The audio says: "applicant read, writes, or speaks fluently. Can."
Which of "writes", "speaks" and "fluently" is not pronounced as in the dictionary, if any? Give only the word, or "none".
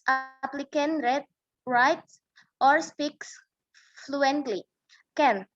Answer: none